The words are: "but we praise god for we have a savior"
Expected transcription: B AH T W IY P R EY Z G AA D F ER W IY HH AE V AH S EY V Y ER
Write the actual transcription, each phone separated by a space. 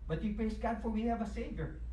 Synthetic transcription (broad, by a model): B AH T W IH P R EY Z G AA D F ER W IY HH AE V AH S EY V Y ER